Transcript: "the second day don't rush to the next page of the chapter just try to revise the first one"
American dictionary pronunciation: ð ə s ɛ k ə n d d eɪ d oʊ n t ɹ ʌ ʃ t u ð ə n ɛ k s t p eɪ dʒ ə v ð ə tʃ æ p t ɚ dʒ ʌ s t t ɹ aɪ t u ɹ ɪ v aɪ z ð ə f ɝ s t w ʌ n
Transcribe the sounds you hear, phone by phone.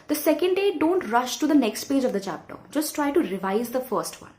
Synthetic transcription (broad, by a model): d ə s ɛ k ə n d d eɪ d oʊ n t ɹ ʌ ʃ t u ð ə n ɛ k s t p eɪ dʒ ə v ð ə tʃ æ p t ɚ dʒ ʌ s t t ɹ aɪ t u ɹ ɪ v aɪ z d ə f ɝ s t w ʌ n